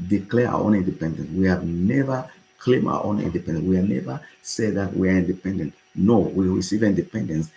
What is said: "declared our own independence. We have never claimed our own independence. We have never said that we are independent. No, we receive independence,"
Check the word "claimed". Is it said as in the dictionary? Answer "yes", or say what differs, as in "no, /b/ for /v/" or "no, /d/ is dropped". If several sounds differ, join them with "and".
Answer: no, /d/ is dropped